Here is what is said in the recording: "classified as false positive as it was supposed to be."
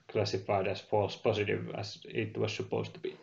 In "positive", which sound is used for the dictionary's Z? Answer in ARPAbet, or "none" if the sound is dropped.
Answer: S